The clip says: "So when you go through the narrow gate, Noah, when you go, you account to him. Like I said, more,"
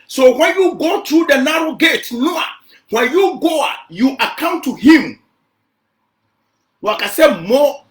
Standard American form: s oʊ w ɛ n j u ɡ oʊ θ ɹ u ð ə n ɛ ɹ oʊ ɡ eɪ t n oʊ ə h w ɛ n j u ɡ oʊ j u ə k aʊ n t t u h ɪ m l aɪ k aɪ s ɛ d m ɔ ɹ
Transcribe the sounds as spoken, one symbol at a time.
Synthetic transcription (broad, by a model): s oʊ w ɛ n j u ɡ oʊ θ ɹ u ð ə n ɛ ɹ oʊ ɡ eɪ t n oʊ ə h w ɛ n j u ɡ oʊ j u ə k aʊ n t t u h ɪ m w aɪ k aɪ s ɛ m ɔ